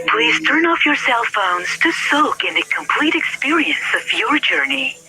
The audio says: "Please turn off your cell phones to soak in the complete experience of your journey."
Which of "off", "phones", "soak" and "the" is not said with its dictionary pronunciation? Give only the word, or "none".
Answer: none